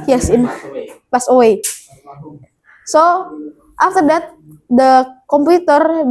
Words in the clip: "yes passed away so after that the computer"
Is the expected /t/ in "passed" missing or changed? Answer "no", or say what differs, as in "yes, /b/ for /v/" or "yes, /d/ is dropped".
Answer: yes, /t/ is dropped